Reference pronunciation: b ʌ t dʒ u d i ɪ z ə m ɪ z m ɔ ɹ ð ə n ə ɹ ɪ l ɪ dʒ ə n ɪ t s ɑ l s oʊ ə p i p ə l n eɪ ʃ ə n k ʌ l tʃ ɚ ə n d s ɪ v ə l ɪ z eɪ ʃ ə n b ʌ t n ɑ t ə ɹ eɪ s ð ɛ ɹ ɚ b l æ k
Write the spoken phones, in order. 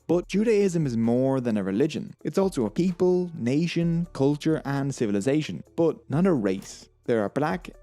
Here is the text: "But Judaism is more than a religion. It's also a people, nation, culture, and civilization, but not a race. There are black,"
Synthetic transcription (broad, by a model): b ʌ t dʒ u d i ɪ z ə m ɪ z m ɔ ɹ ð ə n ə ɹ ɪ l ɪ dʒ ə n ɪ t s ɑ l s oʊ ə p i p ə l n eɪ ʃ ə n k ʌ l tʃ ɚ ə n s ɪ v ə l ɪ z eɪ ʃ ə n b ʌ t n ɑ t ə ɹ eɪ s ð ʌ ɹ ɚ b l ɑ k